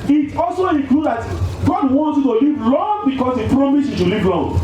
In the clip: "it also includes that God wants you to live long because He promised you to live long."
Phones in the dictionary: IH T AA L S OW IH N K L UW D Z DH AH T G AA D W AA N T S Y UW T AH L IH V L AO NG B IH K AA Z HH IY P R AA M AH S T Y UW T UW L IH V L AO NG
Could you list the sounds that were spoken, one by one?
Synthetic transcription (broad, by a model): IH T AA L S OW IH K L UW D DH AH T G AA D W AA N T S Y UW T AH L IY V L AO NG B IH K AA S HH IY P R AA M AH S Y UW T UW L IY V L AO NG